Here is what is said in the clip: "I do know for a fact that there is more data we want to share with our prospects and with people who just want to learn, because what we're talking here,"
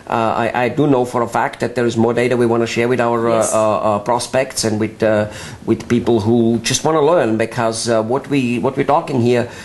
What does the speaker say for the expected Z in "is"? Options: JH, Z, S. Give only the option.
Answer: Z